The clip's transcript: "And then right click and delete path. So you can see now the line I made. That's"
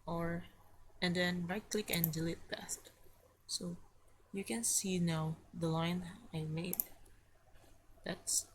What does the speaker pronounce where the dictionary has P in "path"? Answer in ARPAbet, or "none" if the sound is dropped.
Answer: B